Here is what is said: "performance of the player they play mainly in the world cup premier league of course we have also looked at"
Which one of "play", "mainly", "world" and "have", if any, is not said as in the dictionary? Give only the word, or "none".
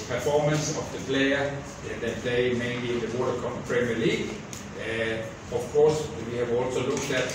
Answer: world